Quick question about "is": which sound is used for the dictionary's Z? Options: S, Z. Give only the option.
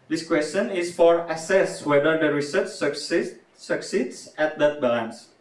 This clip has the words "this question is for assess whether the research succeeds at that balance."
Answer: S